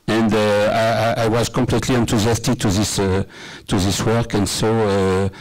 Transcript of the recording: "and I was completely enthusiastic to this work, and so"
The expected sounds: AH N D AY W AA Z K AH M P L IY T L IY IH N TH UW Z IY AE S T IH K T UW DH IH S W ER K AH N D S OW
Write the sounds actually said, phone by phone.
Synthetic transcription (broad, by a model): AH N D AY W AA Z K AH M P L IY T L IY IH N T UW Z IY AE S T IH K T UW DH IH S W ER K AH N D S OW